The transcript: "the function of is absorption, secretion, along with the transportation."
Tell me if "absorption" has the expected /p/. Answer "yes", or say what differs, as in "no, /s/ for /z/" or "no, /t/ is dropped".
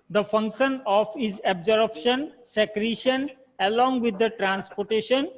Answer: no, /b/ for /p/